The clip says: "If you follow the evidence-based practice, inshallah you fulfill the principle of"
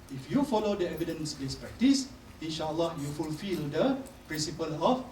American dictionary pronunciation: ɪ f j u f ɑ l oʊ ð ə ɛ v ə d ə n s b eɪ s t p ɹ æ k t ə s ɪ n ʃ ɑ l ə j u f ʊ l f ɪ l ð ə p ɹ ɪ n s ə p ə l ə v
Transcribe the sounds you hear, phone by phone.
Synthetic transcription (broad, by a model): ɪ f j u f ɑ l oʊ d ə ɛ v ə d ə n s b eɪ s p ɹ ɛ k t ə s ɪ n ʃ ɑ l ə j u f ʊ l f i l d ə p ɹ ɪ n s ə p ə l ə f